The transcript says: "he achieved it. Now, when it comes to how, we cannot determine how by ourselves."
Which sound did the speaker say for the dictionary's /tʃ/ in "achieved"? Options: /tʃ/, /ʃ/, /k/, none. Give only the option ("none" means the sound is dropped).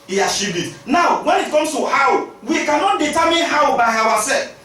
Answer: /ʃ/